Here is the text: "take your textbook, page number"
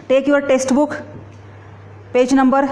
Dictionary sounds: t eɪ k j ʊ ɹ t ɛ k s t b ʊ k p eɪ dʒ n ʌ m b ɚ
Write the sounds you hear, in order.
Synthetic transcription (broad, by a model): t eɪ k j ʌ ɹ t ɛ s t b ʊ k p eɪ dʒ n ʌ m b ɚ